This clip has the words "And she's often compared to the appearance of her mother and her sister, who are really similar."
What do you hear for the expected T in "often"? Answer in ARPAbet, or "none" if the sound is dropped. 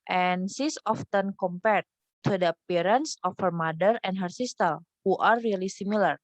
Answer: T